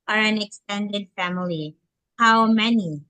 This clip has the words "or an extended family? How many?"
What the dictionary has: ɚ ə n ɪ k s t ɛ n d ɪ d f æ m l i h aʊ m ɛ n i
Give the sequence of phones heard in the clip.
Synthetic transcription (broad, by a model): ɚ ə n ɪ k s t ɛ n d ɪ d f æ m l i h aʊ m ɛ n i